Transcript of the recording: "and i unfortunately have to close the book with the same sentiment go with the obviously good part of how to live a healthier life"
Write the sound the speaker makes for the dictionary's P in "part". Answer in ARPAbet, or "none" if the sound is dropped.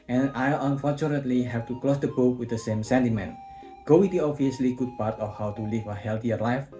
P